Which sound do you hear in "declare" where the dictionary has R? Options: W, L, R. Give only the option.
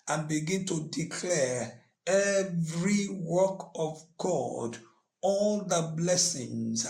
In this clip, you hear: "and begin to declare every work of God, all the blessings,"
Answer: R